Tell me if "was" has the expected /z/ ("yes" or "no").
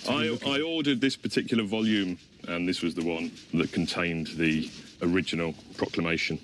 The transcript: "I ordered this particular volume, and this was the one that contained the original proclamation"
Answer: yes